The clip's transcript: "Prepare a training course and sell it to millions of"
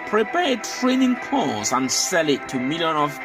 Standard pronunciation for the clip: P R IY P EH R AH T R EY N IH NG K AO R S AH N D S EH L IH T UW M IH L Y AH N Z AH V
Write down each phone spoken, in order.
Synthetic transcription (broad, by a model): P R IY P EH T R EY N IH NG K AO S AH N S EH L IH T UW M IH L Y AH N AH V